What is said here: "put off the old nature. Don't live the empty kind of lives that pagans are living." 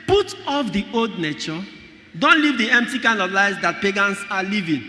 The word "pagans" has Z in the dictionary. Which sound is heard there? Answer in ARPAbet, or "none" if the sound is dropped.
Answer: S